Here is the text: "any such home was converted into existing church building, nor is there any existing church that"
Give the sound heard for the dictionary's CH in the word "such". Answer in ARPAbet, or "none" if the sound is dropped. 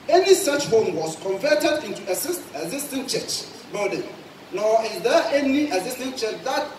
CH